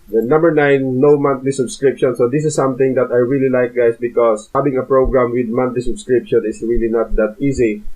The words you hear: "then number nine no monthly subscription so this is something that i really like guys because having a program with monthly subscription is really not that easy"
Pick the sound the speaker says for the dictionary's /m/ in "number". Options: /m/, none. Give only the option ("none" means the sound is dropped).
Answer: /m/